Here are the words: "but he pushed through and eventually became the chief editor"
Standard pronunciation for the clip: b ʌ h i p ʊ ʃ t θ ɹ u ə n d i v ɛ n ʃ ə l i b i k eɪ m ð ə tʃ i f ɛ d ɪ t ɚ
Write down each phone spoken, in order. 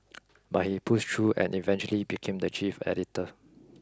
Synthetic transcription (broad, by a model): b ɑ h i p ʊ s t ɹ u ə n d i v ɛ n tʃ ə l i b i k eɪ m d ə tʃ i f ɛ d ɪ t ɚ